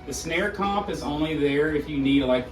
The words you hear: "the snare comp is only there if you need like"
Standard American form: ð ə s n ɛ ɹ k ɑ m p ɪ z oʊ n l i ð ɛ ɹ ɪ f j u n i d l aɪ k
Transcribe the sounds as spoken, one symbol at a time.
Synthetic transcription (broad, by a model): ð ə s n ɛ ɹ k ɑ p ɪ z oʊ n l i ð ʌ ɹ ɪ f j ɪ n i d l aɪ k